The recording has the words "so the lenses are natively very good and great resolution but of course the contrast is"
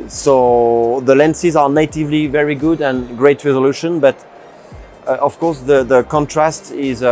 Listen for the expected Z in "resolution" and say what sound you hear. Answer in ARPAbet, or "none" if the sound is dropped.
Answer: Z